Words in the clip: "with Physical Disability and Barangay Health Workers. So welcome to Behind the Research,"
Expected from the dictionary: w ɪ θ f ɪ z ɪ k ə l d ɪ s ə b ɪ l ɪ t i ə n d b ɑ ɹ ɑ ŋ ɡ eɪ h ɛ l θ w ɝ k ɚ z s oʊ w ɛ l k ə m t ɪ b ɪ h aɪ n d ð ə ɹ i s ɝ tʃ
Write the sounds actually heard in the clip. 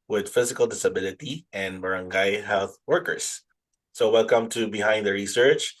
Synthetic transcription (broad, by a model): w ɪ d f ɪ z ɪ k ə l d ɪ s ə b ɪ l ɪ t i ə n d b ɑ ɹ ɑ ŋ ɡ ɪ h ɛ l θ w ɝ k ɚ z s oʊ w ɛ l k ə m t ɪ b ɪ h aɪ n d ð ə ɹ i s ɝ tʃ